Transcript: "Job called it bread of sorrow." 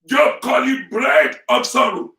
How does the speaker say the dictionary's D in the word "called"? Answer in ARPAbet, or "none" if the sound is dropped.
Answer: none